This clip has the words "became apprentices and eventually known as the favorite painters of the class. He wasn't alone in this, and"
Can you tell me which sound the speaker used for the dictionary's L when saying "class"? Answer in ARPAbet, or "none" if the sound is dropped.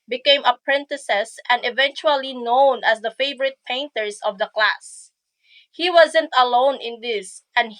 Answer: L